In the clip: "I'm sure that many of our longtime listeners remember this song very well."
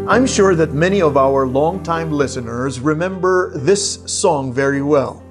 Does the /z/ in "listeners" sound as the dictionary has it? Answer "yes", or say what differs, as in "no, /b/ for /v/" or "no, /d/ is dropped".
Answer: yes